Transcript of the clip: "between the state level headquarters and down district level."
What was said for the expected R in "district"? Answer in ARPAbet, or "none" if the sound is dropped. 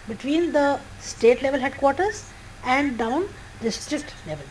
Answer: R